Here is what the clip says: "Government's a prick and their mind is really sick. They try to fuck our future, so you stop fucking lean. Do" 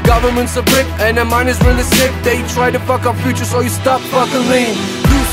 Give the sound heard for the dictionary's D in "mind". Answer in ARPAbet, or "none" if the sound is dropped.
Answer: none